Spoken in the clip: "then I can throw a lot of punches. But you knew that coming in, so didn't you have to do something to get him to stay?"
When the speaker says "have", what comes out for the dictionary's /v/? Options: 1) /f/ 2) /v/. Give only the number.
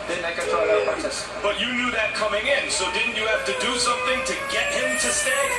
1